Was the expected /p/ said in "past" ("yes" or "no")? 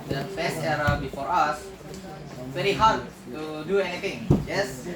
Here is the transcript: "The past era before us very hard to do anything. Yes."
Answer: no